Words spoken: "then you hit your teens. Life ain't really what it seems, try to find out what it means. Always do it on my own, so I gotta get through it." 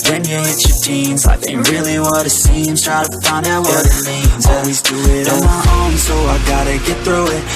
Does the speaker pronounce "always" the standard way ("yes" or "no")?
yes